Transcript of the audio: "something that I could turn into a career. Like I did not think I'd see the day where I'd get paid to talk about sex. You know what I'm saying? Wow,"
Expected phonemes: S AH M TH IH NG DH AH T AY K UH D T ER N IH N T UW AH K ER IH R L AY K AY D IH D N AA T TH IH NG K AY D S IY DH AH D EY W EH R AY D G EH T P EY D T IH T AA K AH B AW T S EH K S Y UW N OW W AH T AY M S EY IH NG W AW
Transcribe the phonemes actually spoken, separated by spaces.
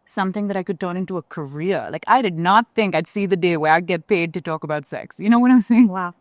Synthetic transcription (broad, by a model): S AH M TH IH NG DH AH T AY K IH D T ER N IH N T UW AH K ER IH R L AY K AY D IH D N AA T TH IH NG K AY D S IY DH AH D EY W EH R AY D G EH T P EY D T IH T AA K AH B AW T S EH K S Y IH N OW W AH T AY M S EY IH NG W AW